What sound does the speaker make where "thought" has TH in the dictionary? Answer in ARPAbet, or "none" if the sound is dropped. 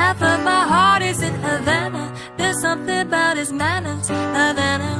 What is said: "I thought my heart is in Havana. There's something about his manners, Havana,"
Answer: F